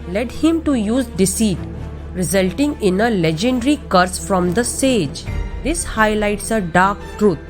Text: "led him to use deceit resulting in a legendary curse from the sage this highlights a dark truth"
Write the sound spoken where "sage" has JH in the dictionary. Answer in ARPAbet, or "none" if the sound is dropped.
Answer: JH